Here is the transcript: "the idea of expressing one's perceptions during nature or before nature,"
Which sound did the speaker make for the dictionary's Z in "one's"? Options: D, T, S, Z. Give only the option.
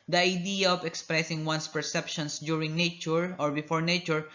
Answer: S